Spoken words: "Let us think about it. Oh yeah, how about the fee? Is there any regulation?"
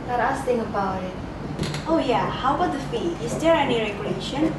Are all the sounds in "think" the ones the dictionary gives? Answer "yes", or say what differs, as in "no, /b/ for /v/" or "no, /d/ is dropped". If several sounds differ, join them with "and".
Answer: no, /k/ is dropped